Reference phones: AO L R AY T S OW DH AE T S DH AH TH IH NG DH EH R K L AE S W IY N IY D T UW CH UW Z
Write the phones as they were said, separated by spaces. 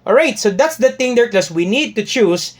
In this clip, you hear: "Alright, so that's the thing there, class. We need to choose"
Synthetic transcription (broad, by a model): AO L R AY T S OW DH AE T S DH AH T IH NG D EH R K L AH S W IY N IY D T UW CH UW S